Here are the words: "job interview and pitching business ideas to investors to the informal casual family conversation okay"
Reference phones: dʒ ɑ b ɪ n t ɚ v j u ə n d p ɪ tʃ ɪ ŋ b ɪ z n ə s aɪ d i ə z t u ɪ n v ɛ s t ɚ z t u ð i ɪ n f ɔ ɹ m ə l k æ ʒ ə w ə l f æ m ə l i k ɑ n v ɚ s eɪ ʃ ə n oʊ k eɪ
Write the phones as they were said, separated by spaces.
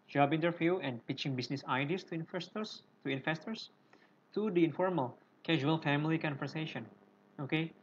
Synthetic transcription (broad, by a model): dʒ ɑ b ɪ n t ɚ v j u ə n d p ɪ tʃ ɪ ŋ b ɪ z n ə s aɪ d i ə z t u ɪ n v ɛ s t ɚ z t u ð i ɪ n f ɔ ɹ m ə l k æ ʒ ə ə l f æ m ə l i k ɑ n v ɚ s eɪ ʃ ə n oʊ k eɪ